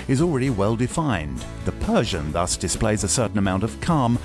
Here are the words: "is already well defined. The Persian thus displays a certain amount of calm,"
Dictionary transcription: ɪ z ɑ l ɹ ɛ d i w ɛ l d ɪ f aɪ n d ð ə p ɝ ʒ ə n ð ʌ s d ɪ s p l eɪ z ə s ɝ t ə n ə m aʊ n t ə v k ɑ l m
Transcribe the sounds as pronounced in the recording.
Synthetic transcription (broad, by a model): ɪ z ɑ l ɹ ɛ d i w ɛ l d ɪ f aɪ n ð ə p ɝ ʒ ə n ð ʌ s d ɪ s p l eɪ z ə s ɝ t n ə m aʊ n t ə v k ɑ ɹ m